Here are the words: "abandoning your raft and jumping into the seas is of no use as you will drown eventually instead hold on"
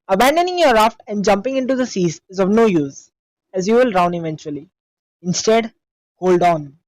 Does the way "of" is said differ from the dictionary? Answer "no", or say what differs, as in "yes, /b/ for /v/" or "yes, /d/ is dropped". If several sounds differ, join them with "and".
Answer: no